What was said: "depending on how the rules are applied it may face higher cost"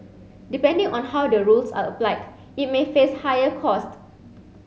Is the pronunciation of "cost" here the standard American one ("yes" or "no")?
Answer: yes